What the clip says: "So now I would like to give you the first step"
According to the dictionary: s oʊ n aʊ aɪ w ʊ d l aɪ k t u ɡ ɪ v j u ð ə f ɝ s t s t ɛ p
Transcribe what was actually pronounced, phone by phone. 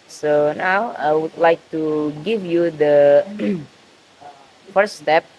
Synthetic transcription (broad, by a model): s oʊ n aʊ aɪ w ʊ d l aɪ k t u ɡ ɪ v j u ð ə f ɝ t s t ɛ p